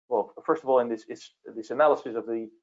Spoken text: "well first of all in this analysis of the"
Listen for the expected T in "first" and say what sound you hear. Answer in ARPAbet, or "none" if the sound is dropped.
T